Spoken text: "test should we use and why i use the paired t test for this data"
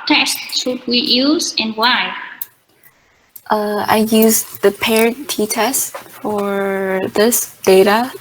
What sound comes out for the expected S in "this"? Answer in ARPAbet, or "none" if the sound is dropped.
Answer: S